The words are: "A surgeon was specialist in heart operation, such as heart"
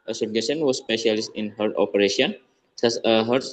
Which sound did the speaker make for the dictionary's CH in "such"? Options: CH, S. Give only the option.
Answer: S